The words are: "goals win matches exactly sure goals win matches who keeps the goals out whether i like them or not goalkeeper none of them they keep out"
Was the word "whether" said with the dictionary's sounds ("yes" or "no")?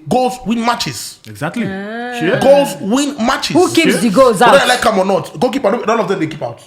no